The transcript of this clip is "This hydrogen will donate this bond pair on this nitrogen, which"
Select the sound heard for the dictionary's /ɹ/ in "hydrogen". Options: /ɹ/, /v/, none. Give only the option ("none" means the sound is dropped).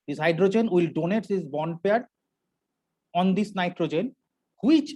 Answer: /ɹ/